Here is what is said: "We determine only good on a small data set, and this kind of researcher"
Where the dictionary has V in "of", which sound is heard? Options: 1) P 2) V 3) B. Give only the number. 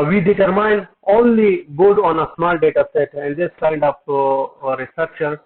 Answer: 1